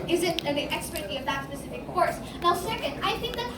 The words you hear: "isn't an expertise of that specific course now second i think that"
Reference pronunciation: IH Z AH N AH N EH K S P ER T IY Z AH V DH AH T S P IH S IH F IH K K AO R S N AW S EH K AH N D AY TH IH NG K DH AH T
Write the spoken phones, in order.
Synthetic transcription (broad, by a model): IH Z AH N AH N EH K S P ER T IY AH V DH AH T S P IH S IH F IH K K AO R S N AW S EH K AH N D AY TH IH NG K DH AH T